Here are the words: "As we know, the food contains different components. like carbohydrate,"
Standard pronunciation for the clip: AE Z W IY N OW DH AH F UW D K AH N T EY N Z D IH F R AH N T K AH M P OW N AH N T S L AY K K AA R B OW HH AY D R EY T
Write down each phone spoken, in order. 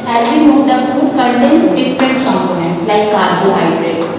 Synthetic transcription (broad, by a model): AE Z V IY N OW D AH F UW D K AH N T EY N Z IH P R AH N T K AH M P OW N AH N T S L AY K K AA R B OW HH AY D R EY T